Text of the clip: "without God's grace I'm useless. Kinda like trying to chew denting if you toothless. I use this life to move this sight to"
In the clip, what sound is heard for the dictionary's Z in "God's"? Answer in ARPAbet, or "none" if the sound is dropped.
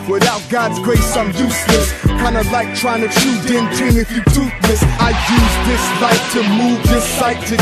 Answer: Z